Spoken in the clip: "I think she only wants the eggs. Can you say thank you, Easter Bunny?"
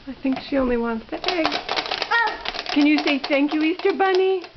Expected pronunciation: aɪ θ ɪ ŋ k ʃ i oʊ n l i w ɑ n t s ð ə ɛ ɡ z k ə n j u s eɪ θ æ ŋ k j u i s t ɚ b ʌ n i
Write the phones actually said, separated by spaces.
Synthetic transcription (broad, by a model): aɪ θ ɪ ŋ k ʃ i oʊ n l i w ɑ n t s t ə ɛ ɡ k ə n j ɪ s eɪ θ æ ŋ k j u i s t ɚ b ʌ n i